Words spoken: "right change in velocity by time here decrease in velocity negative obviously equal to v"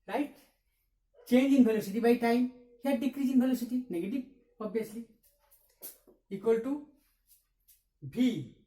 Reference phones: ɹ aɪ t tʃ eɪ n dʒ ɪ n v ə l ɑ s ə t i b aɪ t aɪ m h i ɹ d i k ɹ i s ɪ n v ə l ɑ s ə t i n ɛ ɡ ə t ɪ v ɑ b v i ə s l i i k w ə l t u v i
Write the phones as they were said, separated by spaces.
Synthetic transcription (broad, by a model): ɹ aɪ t tʃ eɪ n dʒ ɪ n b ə l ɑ s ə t i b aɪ t aɪ m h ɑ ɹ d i k ɹ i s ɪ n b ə l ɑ s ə t i n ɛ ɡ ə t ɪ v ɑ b i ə s l i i k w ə l t u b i